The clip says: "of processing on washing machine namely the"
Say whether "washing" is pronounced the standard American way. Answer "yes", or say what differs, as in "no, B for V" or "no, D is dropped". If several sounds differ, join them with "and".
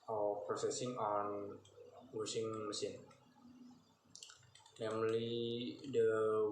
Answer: no, S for SH